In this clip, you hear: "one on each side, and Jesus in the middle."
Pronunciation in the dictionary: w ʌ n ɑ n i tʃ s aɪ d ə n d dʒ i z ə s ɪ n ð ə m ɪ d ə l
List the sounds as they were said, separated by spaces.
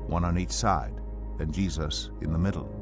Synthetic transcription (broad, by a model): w ʌ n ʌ n i tʃ s aɪ d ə n dʒ i z ə s ɪ n ð ə m ɪ d l